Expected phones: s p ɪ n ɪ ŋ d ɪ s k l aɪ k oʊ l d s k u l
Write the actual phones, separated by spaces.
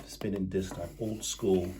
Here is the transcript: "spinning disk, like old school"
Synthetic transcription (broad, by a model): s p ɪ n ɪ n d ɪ s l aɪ oʊ l d s k u l